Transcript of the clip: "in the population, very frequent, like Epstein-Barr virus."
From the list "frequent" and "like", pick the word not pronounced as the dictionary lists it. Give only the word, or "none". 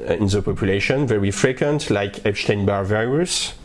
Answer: none